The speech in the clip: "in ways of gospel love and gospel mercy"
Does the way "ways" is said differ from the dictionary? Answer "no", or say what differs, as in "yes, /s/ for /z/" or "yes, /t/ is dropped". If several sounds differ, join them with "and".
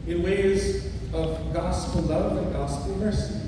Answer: no